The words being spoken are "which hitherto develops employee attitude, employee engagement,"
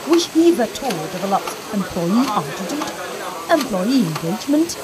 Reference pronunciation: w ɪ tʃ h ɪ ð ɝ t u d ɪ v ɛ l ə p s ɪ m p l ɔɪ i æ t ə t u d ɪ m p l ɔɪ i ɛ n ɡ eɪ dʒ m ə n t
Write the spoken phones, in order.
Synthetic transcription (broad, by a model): w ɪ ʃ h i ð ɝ t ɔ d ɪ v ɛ l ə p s ɪ m p l ɔɪ i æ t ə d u ɪ m p l ɔɪ i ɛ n ɡ eɪ dʒ m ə n t